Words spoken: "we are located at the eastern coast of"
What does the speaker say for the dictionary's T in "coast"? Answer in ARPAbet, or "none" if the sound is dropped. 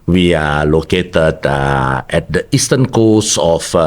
none